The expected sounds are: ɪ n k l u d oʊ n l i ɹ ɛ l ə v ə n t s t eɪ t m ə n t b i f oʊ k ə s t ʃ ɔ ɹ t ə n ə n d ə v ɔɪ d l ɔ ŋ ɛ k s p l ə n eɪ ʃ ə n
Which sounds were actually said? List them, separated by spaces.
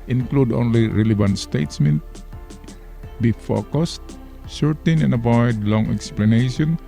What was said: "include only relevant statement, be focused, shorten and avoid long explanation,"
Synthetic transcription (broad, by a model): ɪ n k l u d oʊ n l i ɹ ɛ l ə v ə n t s t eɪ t m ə n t b i f oʊ k ə s t s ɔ ɹ t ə n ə n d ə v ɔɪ d l ɔ ŋ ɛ k s p l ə n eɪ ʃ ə n